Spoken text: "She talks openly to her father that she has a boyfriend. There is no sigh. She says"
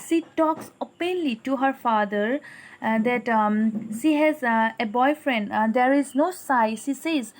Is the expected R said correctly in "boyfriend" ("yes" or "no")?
yes